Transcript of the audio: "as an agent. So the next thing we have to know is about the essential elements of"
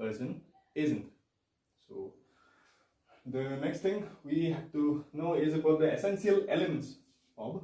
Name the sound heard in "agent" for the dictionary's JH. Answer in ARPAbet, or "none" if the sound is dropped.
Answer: Z